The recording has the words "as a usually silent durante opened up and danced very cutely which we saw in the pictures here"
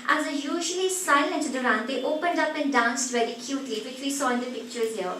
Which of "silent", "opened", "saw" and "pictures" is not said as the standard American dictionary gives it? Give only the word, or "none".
none